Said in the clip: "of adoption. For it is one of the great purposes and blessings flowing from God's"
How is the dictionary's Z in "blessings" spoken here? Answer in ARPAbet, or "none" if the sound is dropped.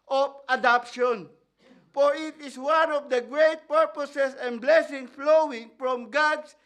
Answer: none